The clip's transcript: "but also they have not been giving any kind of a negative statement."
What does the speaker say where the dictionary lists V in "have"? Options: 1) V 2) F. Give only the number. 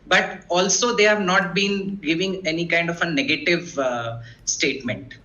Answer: 1